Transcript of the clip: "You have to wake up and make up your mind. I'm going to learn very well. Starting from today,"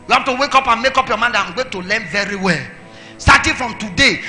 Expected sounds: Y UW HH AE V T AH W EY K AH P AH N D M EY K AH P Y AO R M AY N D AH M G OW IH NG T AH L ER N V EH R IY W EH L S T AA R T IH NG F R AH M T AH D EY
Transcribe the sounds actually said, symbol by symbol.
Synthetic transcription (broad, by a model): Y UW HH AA F T AH W EY K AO P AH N M EY K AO P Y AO M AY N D AH M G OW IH T AH L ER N V EH R IY W EH L S T AA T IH F R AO M T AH D EY